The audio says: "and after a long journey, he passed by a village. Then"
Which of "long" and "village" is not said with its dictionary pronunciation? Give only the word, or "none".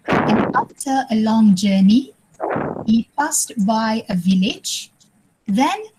none